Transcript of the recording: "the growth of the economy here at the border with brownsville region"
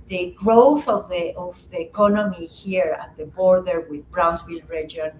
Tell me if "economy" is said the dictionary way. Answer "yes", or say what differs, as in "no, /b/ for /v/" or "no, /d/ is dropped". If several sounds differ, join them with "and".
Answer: yes